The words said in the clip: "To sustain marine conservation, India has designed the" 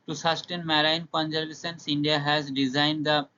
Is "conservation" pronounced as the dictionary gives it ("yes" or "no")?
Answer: no